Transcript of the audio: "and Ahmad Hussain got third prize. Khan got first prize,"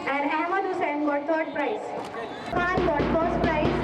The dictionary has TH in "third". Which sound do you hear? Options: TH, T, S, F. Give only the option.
T